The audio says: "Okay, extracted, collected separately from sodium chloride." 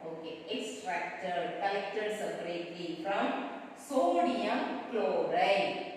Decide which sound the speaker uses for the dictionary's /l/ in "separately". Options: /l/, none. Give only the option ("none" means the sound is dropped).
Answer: none